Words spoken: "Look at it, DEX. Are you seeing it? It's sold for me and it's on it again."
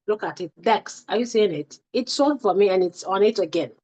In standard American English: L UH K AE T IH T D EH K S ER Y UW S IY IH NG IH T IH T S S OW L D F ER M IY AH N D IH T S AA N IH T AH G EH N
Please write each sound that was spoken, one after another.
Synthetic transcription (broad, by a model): L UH K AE T IH T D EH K S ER Y UW S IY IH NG IH T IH T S S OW D F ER M IY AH N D IH T S AA N IH T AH G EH N